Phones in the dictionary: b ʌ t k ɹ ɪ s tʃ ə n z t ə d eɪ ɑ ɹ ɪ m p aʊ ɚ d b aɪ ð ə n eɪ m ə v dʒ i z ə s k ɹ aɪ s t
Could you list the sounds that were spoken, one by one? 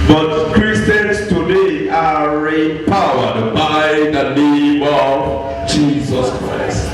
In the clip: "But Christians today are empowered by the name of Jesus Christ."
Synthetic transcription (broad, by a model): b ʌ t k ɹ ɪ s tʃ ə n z t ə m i ɑ ɹ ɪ p aʊ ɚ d b aɪ ð ə n eɪ m ə v dʒ i z ə s k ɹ aɪ s t